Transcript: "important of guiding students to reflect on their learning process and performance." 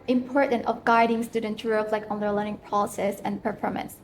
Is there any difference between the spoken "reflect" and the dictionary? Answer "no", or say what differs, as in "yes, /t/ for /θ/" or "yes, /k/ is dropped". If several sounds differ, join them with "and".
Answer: yes, /t/ is dropped